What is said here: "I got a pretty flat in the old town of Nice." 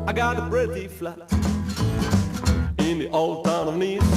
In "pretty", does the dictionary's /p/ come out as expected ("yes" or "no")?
no